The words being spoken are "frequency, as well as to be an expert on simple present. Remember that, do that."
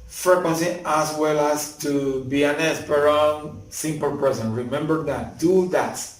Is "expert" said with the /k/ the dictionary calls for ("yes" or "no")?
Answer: no